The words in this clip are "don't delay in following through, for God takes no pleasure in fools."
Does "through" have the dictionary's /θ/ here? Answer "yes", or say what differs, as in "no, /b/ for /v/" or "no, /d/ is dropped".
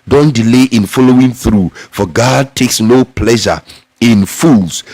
yes